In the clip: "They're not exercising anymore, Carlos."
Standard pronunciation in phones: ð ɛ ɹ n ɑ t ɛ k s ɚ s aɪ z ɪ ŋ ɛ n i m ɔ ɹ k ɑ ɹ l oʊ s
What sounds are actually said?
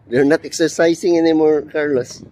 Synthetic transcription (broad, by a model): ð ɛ ɹ n ɑ t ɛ k s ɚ s aɪ s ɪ ŋ ɛ n i m ɔ ɹ k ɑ ɹ l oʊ s